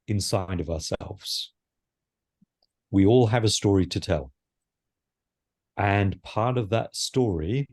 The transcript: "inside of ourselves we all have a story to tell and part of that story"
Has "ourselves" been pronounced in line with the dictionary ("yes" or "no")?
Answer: yes